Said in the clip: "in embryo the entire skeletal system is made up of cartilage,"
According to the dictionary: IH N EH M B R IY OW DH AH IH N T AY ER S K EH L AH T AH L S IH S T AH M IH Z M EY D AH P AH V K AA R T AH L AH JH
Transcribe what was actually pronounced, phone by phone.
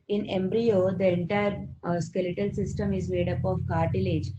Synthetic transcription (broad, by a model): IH N EH M B R IY OW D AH IH N T AY ER S K EH L AH T AH L S IH S T AH M IH Z M EY D AH P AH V K AA R T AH L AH JH